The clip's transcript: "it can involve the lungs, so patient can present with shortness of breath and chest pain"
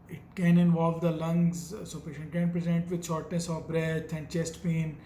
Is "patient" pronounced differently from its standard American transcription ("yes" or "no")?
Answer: yes